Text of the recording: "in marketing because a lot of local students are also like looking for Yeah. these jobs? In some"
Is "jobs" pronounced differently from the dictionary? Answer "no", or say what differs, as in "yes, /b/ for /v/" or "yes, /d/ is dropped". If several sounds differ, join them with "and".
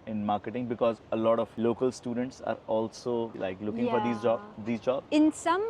yes, /z/ is dropped